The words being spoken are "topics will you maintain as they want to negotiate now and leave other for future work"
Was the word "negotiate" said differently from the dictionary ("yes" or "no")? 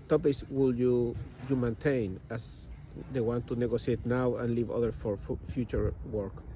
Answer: yes